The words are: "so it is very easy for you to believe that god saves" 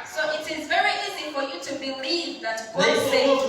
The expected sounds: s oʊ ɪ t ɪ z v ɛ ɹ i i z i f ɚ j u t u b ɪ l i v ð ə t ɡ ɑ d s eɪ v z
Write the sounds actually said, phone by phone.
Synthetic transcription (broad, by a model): s oʊ ɪ t ɪ z v ɛ ɹ i i z i f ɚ j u t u b ɪ l i v ð ə t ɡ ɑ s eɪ